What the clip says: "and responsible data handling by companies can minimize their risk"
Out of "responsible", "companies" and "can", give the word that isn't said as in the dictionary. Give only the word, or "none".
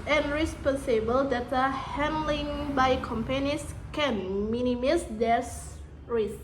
companies